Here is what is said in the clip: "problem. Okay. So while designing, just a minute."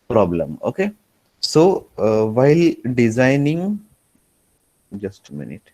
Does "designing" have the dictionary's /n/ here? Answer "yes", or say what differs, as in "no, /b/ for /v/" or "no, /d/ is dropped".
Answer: yes